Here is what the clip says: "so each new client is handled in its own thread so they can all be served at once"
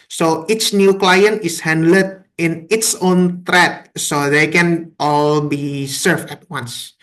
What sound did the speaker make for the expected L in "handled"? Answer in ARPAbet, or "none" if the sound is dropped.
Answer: none